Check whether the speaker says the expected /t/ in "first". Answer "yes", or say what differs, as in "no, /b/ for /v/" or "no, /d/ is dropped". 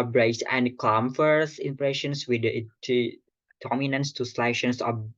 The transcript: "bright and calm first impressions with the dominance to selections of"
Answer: no, /t/ is dropped